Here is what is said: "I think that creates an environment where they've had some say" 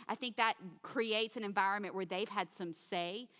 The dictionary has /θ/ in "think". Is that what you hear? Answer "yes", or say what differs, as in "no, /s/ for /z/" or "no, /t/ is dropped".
yes